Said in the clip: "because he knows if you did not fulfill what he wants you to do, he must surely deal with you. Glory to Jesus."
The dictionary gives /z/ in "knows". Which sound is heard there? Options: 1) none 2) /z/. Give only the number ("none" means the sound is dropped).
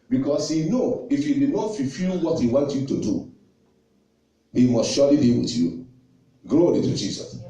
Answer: 1